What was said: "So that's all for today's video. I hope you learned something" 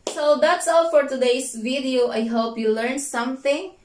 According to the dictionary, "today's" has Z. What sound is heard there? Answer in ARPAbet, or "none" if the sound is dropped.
S